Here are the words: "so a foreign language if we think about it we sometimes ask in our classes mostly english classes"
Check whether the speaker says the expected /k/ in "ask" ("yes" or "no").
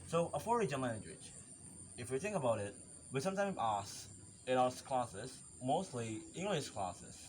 no